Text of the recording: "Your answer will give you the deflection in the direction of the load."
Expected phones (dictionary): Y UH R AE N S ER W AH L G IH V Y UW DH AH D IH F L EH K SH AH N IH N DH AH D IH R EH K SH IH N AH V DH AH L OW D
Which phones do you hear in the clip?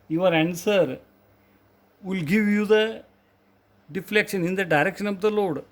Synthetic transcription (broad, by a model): Y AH R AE N S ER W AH L G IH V Y UW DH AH D IH F L EH K SH AH N IH N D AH D IH R EH K SH IH N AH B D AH L OW D